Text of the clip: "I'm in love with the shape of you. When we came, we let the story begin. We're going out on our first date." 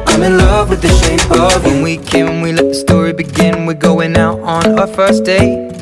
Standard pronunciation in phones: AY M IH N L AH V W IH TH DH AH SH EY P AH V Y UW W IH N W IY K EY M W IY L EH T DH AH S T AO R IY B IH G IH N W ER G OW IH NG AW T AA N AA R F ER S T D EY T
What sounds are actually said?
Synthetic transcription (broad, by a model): AY M IH N L AH V W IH DH AH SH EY AH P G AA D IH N W IY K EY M W IY L EH T DH AH S T AO R IY B IH G IH N W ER G OW IH NG AW T N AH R F ER S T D EY